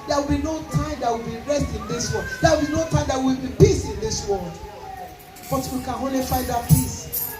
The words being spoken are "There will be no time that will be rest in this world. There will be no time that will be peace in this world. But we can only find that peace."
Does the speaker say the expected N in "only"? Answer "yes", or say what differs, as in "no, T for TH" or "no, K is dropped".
no, N is dropped